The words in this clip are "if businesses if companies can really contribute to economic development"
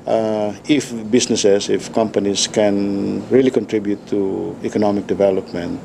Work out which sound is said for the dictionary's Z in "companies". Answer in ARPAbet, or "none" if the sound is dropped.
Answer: S